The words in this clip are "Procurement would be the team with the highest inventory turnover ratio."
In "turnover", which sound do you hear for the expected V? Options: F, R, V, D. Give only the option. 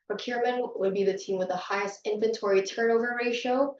V